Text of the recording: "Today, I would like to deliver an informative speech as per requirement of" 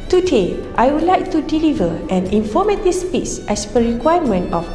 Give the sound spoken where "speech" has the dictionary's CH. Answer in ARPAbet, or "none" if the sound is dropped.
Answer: S